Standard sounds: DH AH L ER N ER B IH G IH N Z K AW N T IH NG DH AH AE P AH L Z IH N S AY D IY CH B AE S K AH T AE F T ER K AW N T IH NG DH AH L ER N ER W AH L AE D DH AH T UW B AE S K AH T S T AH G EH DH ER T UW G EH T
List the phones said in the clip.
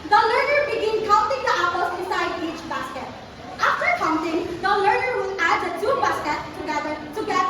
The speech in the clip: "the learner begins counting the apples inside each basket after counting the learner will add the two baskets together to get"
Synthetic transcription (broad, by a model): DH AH L ER N ER B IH G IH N K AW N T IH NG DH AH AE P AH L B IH S AY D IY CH B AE S K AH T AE F T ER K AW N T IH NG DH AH L ER N ER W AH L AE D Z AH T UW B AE S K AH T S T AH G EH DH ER T UW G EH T